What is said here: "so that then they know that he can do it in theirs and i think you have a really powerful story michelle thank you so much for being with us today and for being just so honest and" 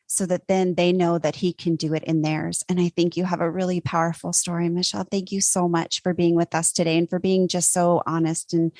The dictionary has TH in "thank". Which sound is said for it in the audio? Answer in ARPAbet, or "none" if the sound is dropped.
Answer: TH